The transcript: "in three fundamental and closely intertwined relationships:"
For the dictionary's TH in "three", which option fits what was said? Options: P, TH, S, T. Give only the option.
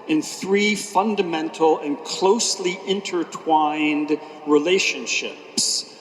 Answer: TH